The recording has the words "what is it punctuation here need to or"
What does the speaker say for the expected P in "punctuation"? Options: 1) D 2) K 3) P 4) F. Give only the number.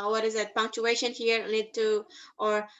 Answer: 3